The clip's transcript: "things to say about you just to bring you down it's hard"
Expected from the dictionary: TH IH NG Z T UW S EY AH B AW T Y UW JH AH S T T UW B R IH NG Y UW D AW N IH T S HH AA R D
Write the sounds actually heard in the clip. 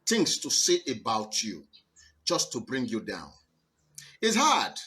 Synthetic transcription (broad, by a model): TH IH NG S T UW S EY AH B AW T Y UW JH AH S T T UW B R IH NG Y UW D AW N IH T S HH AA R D